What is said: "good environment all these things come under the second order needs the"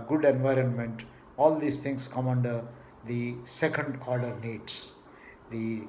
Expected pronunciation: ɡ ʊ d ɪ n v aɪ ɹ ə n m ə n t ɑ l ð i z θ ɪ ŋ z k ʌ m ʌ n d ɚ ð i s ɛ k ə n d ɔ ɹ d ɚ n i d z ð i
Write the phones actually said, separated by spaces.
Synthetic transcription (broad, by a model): ɡ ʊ d ɪ n v aɪ ɹ ə n m ə n t ɑ l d i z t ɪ ŋ s k ʌ m ʌ n d ɚ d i s ɛ k ə n d ɔ ɹ d ɚ n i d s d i